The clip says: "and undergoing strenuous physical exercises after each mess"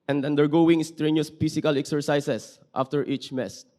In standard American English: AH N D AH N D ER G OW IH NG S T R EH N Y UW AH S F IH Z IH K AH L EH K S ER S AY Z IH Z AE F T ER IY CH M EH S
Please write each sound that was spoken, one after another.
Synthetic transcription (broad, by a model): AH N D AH N D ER G OW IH NG S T R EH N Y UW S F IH S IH K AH L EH K S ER S AY S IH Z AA F T ER IY CH M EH S